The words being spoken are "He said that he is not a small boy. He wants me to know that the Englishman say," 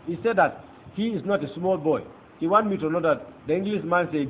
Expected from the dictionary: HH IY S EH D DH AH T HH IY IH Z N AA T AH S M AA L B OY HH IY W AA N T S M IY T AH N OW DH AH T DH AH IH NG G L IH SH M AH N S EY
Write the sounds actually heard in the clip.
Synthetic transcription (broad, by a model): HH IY S EH D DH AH T HH IY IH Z N AA T AH S M AA L B OY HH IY W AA N M IY T AH N OW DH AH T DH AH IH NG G L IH S M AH N S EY